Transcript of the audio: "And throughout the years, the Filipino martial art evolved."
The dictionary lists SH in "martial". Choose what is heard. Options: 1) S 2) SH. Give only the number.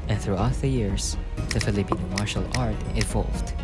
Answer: 2